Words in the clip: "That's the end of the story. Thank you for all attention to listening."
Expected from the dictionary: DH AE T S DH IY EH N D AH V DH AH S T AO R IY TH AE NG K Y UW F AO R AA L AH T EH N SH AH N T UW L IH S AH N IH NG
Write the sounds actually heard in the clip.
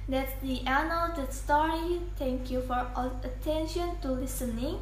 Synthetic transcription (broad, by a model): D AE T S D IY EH N AH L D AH S T AO R IY T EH NG K Y UW F AO R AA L AH T EH N SH AH N T UW L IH S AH N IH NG